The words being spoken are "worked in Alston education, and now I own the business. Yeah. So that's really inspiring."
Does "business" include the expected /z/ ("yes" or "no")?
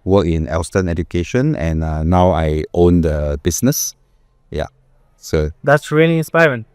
no